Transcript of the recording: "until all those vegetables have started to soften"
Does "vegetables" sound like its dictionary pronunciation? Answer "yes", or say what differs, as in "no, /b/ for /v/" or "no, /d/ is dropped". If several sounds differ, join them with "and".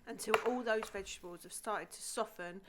yes